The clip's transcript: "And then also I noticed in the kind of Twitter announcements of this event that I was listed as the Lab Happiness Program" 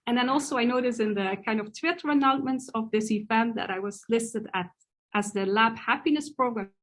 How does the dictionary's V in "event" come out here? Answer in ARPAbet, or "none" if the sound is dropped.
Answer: F